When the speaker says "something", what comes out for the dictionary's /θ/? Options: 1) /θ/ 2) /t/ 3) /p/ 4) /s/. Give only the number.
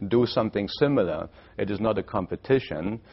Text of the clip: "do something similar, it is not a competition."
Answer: 1